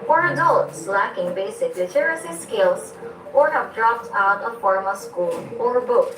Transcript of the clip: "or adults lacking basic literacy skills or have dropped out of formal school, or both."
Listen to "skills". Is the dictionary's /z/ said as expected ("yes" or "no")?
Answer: no